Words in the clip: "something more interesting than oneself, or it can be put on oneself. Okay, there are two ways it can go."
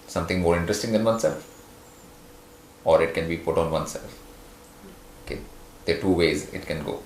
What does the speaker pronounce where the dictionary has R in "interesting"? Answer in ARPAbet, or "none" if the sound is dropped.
R